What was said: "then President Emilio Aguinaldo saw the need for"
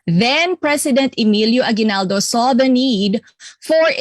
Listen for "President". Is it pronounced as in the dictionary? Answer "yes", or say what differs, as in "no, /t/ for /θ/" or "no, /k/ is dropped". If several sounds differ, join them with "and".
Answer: no, /s/ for /z/